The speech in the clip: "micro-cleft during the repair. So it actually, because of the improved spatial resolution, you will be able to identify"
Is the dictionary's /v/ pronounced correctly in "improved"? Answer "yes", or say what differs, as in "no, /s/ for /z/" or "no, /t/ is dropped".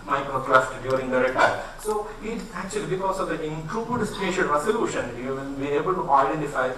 no, /b/ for /v/